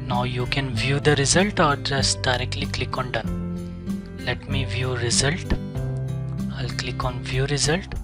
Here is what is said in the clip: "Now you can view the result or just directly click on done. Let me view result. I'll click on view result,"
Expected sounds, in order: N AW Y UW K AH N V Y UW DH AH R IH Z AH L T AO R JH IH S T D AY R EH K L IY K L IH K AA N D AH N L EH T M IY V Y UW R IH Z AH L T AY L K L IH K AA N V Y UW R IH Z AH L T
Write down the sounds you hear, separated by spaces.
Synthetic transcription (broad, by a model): N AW Y UW K AH N V Y UW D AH R IH Z AH L T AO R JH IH S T D AY R EH K L IY K L IH K AA N D AH N L EH T M IY V Y UW R IH Z AH L T AY L K L IH K AA N V Y UW R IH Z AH L T